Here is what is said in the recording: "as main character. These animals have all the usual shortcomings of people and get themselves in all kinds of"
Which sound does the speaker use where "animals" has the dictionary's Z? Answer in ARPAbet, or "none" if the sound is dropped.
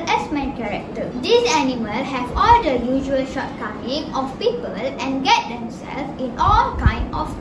none